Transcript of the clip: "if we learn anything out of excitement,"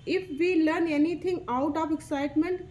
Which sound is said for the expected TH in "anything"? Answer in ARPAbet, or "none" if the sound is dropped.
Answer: T